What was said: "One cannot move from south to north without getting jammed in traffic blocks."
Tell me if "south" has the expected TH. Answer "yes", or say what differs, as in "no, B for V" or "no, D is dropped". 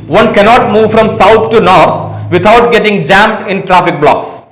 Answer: no, T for TH